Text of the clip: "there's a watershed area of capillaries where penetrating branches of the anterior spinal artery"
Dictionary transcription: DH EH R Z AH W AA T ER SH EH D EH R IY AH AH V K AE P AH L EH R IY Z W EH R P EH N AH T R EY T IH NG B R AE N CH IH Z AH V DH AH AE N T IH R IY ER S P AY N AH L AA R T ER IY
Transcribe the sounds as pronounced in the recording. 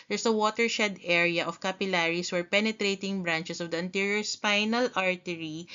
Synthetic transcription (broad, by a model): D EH R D AH W AA T ER SH EH D EH R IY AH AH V K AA P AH L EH R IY S W EH R P EH N AH T R EY T IH NG B R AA N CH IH S AH V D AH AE N T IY R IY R S P AY N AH L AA R T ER IY